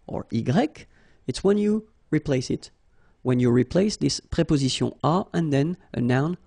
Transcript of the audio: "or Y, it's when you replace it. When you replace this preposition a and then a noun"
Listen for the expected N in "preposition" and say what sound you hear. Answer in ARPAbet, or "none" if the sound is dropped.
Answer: none